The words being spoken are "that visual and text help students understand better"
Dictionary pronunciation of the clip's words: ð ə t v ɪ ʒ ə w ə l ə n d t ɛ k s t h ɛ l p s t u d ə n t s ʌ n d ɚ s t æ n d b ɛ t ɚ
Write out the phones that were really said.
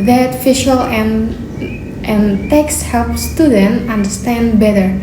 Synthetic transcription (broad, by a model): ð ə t f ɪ ʃ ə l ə n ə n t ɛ k s h ɛ l p s t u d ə n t ʌ n d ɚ s t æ n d b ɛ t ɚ